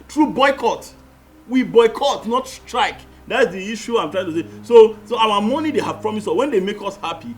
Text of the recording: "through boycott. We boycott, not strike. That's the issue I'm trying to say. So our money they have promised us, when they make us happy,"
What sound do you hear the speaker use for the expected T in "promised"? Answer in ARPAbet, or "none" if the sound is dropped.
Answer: none